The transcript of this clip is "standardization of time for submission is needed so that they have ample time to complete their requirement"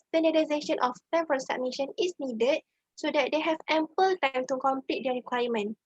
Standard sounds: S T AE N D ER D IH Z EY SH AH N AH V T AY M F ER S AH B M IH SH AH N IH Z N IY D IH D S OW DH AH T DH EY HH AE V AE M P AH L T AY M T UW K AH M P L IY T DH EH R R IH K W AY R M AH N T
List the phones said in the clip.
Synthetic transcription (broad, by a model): S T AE N D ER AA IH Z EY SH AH N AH F T AY M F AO S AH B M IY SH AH N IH S N IY D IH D S OW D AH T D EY HH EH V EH M P AH L T AY M T UW K AH M P L IY T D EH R R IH K W AY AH M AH N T